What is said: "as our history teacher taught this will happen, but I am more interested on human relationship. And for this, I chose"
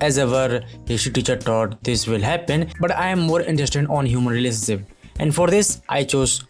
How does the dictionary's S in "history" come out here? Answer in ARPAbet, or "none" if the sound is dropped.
none